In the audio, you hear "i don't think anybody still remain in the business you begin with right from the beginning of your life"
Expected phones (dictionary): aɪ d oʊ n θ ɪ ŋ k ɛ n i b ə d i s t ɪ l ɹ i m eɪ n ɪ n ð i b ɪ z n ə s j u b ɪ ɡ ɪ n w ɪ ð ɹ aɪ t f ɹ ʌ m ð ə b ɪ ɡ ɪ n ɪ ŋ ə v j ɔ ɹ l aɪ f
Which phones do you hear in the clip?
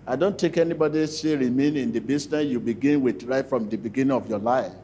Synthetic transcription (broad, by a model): aɪ d oʊ n t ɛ k ɛ n i b ə d i s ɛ ɹ i m eɪ n ɪ n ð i b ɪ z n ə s j u b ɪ ɡ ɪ n w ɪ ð ɹ aɪ t f ɹ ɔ m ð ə b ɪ ɡ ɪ n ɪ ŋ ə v j ɔ l aɪ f